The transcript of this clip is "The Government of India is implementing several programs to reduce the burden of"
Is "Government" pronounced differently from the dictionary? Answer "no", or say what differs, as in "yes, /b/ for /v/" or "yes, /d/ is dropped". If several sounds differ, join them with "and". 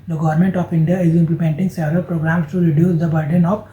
no